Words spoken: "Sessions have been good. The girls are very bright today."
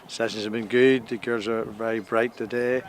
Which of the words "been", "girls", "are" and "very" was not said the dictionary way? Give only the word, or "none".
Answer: girls